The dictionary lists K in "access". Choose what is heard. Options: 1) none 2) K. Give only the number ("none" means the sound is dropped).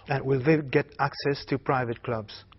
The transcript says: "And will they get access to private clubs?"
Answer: 2